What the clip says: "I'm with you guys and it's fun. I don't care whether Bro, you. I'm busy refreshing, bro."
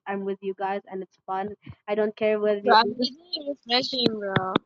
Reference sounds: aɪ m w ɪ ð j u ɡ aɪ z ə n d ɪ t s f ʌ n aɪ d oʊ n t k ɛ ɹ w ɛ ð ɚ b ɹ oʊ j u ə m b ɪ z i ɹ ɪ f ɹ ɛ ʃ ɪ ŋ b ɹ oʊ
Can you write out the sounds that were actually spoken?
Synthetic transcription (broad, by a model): aɪ m w ɪ ð j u ɡ aɪ z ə n ɪ t s f ʌ n aɪ d oʊ n t k ɛ ɹ w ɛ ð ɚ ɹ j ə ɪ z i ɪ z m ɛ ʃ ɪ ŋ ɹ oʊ